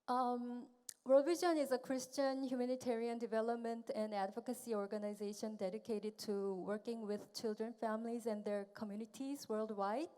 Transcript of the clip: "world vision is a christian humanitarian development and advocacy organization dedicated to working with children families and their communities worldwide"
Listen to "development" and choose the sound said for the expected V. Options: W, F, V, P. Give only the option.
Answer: V